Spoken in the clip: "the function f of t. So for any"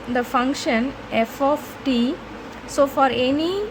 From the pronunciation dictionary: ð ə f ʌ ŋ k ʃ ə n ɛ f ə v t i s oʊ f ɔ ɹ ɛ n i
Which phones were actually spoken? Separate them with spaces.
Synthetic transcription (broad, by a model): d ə f ʌ ŋ k ʃ ə n ɛ f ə f t i s oʊ f ɔ ɹ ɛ n i